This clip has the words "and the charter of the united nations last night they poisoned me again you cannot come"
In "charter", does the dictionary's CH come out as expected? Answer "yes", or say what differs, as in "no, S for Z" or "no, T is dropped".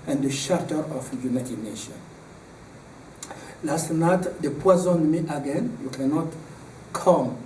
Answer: no, SH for CH